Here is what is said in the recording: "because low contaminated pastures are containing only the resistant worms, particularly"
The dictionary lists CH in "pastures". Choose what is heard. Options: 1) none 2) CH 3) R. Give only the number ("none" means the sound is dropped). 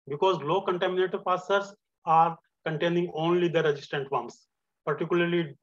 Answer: 1